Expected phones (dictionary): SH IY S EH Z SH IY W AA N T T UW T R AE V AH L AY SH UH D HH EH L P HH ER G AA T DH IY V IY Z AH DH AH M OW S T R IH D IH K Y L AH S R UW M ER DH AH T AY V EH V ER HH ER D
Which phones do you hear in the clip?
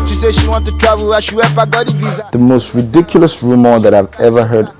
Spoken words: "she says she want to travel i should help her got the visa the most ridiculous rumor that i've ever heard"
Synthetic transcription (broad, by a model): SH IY S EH SH IY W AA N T T UW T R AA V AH L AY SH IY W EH P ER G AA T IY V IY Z DH AH M OW S T R IH D IH K Y L AH S R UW M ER DH AH T AY V EH V ER HH ER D